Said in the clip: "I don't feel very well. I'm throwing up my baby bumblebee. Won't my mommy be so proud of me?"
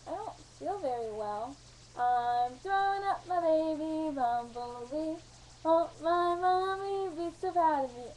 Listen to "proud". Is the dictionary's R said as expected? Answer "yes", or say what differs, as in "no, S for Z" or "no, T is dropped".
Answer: no, R is dropped